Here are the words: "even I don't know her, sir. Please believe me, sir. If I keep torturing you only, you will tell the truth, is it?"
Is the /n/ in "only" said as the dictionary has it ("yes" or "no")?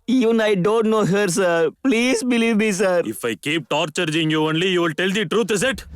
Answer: yes